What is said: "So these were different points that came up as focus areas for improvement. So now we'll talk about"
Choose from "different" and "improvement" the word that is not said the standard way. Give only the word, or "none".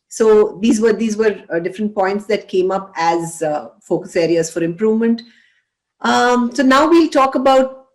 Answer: none